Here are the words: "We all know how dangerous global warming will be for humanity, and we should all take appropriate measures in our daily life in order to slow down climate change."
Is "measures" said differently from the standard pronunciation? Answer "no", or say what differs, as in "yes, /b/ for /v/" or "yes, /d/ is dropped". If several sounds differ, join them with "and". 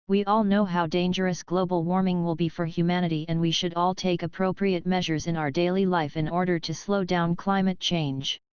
no